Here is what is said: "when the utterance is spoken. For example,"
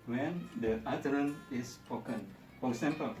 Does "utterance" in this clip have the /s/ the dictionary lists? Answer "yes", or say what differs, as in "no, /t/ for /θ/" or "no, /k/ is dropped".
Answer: no, /s/ is dropped